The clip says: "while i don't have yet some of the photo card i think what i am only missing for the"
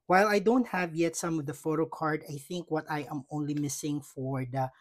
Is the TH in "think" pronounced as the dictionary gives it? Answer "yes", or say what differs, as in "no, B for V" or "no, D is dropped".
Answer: yes